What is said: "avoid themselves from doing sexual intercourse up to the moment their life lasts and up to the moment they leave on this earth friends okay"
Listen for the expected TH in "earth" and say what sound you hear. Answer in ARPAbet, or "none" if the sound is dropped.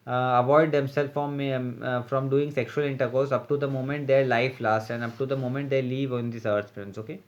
S